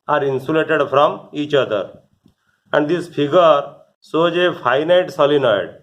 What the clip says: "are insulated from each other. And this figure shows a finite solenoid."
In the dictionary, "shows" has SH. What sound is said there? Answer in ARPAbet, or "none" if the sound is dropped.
S